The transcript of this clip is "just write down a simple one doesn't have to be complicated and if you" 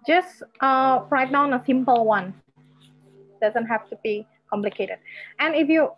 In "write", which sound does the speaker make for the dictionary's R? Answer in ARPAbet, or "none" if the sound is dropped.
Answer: R